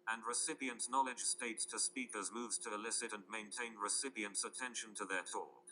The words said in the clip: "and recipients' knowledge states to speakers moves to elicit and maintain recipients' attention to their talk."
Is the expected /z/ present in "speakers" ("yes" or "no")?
yes